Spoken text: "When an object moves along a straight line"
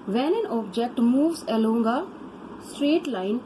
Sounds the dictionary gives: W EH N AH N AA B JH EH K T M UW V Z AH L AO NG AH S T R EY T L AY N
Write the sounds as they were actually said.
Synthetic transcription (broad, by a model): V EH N AH N AA B JH EH K T M UW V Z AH L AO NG AH S T R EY T L AY N